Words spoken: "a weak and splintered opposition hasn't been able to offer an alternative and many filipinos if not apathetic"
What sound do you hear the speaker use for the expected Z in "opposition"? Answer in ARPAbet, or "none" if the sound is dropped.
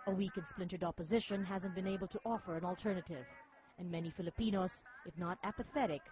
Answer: Z